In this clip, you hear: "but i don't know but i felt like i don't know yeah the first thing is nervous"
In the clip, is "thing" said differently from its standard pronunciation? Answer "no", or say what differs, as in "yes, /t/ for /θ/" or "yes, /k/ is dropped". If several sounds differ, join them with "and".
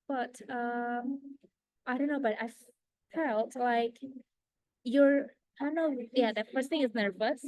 no